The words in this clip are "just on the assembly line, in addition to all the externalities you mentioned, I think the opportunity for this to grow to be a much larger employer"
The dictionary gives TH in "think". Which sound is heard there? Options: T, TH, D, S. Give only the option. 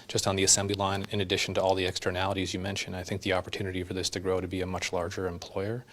TH